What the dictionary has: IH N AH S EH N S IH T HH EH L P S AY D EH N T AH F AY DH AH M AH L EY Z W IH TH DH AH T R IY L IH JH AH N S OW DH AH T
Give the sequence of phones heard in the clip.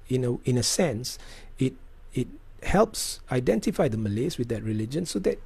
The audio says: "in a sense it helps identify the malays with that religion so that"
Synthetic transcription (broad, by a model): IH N AH S EH N S IH T HH EH L P S AY D EH N T AH F AY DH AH M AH L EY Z W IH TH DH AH T R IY L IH JH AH N S OW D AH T